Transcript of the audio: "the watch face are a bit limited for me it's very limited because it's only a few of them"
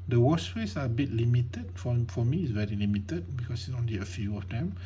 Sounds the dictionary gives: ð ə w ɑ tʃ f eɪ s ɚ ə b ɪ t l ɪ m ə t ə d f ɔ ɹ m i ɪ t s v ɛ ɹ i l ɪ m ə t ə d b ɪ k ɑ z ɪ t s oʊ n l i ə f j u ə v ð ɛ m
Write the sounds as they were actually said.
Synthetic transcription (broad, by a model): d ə w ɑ s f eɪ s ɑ ə b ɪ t l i m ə t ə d f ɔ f m i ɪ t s v ɛ ɹ i l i m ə t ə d b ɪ k ɑ s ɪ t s oʊ n l i ə f j u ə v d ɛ m